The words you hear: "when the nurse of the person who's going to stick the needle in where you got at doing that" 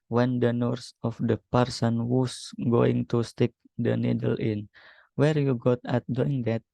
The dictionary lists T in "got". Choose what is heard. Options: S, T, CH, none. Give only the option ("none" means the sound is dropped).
T